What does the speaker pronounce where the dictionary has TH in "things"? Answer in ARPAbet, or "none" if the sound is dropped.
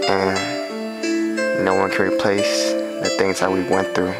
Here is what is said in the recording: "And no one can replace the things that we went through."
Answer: TH